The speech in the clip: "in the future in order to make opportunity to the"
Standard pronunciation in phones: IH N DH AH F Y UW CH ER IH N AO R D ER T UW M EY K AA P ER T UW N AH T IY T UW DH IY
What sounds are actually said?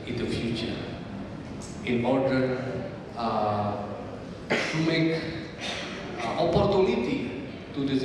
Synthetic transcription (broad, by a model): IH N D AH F Y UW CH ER IH N AO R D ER T UW M EY K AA P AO T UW N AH T IY T UW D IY